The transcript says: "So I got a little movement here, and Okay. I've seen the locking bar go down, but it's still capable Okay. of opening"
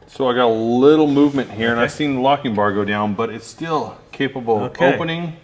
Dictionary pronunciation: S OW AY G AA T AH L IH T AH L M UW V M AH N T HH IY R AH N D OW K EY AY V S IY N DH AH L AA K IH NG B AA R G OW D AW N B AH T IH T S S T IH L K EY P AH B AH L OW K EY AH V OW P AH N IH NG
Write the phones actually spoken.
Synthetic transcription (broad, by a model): S OW AY G AA T AH L IH T L M UW V M AH N T HH IY R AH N AY V S IY N L AA K IH NG B AA R G OW D AW N B AH T IH T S S T IH L K EY P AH B L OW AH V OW P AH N IH NG